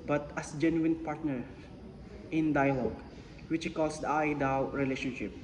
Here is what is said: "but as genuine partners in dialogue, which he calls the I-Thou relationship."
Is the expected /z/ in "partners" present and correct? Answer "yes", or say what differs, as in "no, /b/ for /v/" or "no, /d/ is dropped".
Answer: no, /z/ is dropped